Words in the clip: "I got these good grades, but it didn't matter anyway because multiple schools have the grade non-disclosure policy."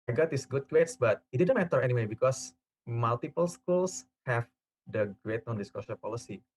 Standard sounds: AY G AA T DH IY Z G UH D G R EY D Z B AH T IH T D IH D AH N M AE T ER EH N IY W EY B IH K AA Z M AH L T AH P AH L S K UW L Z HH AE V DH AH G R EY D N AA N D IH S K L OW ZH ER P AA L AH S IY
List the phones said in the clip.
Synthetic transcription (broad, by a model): AY G AA T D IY S G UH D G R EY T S B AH T IH T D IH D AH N M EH T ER EH N IY W EY B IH K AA S M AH L T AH P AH L S K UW L S HH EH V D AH G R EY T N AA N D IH S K OW SH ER P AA L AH S IY